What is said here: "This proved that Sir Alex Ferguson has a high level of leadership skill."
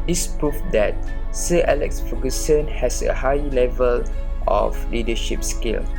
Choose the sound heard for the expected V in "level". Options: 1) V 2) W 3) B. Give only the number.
1